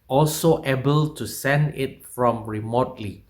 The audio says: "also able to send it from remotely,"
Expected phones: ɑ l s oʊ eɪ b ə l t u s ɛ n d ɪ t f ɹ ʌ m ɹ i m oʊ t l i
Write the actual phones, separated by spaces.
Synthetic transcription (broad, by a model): ɑ l s oʊ eɪ b ə l t u s ɛ n d ɪ t f ɹ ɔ m ɹ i m oʊ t l i